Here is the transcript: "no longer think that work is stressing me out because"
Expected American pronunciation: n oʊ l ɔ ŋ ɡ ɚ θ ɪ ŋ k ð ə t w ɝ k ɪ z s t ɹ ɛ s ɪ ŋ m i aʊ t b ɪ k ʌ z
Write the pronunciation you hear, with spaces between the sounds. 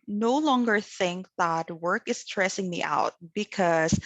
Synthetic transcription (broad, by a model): n oʊ l ɔ ŋ ɡ ɚ θ ɪ ŋ k ð ə t w ɝ k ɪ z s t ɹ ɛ s ɪ ŋ m i aʊ t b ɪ k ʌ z